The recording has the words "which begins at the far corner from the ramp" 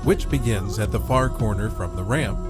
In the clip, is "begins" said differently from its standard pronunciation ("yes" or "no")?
no